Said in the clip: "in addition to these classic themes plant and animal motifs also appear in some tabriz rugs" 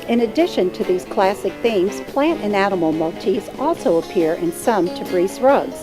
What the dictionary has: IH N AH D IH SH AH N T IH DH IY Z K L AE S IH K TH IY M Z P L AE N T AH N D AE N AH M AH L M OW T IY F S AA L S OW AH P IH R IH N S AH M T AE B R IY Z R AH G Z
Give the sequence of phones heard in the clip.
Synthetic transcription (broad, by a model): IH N AH D IH SH AH N T IH DH IY Z K L AE S IH K TH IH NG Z P L AE N T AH N AE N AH M L M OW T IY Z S AA L S OW AH P IH R IH N S AH M T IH B R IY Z R AH G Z